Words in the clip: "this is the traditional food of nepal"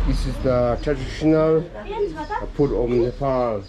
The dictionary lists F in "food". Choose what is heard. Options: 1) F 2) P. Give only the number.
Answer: 2